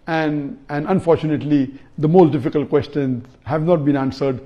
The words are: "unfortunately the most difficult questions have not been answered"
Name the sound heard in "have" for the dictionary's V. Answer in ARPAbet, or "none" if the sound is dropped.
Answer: V